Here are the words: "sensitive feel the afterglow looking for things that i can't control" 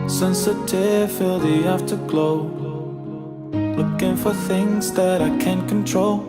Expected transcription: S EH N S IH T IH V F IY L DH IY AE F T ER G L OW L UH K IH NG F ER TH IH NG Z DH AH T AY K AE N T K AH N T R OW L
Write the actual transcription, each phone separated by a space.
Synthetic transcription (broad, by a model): S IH N S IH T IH F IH L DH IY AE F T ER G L OW L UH K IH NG F ER TH IH NG Z DH AH T AY K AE N K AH N T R OW L